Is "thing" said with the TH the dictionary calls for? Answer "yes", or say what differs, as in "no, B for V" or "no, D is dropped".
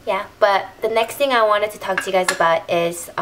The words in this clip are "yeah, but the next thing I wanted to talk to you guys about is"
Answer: yes